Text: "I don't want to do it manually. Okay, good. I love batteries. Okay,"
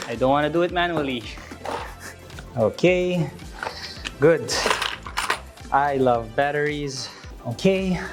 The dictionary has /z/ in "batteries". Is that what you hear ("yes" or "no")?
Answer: yes